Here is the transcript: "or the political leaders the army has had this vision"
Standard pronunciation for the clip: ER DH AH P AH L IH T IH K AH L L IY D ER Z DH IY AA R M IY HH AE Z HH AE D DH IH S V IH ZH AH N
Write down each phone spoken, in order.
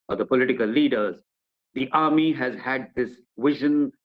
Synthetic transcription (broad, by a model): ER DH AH P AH L IH T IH K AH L L IY D ER Z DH IY AA R M IY HH AE Z HH AE D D IH S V IH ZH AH N